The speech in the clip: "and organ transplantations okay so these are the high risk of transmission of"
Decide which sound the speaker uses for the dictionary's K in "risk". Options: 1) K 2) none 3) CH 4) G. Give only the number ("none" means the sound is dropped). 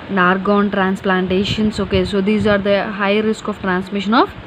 1